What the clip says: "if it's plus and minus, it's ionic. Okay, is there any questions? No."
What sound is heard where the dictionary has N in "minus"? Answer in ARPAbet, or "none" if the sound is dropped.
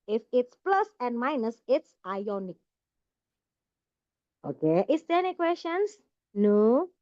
N